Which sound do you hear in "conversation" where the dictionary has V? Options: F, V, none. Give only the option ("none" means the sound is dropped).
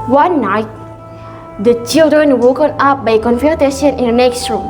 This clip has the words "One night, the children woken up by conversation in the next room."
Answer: F